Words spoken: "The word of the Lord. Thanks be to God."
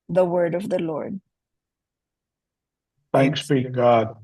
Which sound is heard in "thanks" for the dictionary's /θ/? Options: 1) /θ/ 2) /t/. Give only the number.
1